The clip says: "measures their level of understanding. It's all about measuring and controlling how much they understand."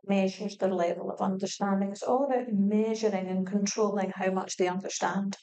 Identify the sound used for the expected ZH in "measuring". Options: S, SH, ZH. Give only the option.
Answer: ZH